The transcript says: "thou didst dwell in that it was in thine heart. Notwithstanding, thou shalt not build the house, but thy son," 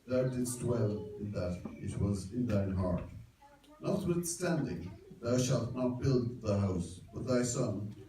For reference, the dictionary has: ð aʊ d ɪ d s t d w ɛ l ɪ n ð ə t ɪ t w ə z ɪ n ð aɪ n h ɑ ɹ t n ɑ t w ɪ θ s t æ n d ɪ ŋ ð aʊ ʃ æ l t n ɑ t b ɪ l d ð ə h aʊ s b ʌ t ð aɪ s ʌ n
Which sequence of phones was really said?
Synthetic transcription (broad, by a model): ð aʊ d ɪ d s t w ɛ l ɪ n ð ə t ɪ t w ə z ɪ n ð aɪ n h ɑ ɹ t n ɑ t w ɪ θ s t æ n d ɪ ŋ ð aʊ ʃ æ l t n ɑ t b ɪ l d ð ə h aʊ s b ʌ t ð aɪ s ʌ n